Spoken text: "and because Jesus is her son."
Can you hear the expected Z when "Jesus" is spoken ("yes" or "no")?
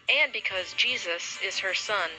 yes